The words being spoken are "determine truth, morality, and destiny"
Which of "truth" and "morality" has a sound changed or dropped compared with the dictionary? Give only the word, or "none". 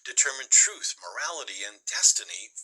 none